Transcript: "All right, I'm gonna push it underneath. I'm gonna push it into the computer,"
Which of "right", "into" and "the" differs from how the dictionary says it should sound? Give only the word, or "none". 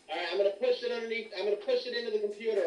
right